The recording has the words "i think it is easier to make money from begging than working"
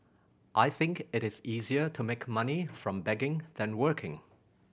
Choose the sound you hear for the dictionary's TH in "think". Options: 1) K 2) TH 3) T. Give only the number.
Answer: 2